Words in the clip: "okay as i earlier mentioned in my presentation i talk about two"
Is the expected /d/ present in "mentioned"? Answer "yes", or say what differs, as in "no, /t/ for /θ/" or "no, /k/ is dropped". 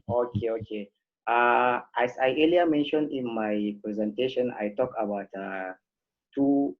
yes